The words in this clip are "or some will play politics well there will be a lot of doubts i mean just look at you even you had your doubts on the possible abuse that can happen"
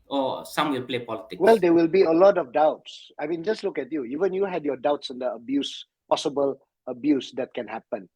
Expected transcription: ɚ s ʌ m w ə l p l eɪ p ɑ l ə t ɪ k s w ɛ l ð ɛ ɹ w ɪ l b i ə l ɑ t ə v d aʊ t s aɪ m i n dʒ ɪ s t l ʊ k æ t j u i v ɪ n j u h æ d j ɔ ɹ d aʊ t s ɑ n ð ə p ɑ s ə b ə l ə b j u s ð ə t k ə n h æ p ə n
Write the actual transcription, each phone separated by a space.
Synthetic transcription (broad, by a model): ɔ s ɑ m w ə l p l eɪ p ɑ l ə t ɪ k w ɛ l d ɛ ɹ w ɪ l b i ə l ɑ t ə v d aʊ t s aɪ m i n dʒ ɪ s t l ʊ k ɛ t j u i v ɪ n j u h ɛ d j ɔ d aʊ t s ɑ n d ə p ɑ s ə b ə l ə b j u s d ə t k ə n h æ p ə n